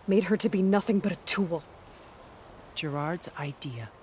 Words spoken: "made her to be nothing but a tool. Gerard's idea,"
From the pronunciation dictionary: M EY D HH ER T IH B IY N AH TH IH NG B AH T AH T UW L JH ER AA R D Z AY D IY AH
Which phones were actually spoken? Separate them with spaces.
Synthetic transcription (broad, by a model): M EY D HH ER T IH B IY N AH TH IH NG B AH T AH T UW L JH ER AA R D Z AY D IY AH